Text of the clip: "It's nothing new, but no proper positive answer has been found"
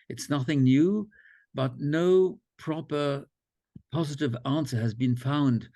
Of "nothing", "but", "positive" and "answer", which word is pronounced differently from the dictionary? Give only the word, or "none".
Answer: none